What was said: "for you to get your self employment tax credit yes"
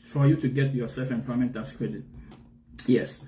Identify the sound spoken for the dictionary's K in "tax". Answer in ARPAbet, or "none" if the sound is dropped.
none